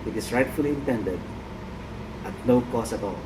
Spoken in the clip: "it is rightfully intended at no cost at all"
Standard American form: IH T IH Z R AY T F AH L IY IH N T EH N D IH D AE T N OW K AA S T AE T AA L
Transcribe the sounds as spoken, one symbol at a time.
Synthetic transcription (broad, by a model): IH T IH S R AY T F AH L IY IH N T EH N D IH D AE T N OW K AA S AE T AA L